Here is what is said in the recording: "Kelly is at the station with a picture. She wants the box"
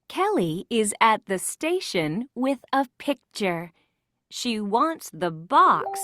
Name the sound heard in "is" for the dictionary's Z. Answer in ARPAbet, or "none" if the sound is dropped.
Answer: Z